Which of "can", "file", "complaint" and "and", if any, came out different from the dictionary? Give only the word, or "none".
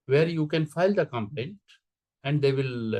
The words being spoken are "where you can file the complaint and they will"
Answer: none